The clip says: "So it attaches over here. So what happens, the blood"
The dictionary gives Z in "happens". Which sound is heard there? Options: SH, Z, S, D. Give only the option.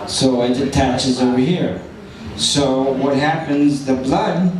Z